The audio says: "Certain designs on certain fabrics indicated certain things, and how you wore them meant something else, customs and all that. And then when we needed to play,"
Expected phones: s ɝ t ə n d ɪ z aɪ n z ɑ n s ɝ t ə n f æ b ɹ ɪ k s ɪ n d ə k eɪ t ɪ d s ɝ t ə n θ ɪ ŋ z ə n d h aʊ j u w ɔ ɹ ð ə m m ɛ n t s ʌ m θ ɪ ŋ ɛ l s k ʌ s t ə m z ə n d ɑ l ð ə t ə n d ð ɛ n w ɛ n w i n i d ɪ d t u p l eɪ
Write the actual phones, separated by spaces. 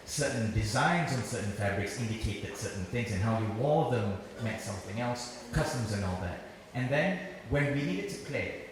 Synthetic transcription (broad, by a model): s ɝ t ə n d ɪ z aɪ n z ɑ n s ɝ t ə n f æ b ɹ ɪ k s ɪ n d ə k eɪ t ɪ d s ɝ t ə n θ ɪ ŋ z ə n h aʊ j u w ɔ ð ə m m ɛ t s ʌ m θ ɪ ŋ ɛ l s k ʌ s t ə m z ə n ɑ l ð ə t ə n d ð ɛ n w ɛ n w i n i d ɪ d t u p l eɪ